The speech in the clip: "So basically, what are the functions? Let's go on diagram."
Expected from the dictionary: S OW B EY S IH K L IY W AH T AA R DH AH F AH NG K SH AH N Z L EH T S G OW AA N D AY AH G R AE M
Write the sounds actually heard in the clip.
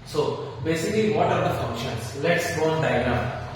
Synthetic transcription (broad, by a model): S OW B EY S IH K L IY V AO T AA R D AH F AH NG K SH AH N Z L EH T S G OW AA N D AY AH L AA